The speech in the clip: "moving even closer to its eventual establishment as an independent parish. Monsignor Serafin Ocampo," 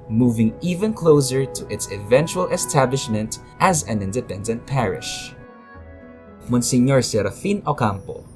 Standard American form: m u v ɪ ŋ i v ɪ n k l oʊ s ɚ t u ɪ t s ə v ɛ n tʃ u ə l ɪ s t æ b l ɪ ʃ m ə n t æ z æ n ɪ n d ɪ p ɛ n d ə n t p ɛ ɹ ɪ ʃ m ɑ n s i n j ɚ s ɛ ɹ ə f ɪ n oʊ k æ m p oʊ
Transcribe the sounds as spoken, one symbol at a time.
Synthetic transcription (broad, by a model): m u v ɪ ŋ i v ɪ n k l oʊ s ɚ t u ɪ t s ə v ɛ n tʃ u ə l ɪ s t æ b l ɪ ʃ m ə n t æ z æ n ɪ n d ɪ p ɛ n d ə n t p ɛ ɹ ɪ ʃ m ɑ n s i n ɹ s ɛ ɹ ə f ɪ n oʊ k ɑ m p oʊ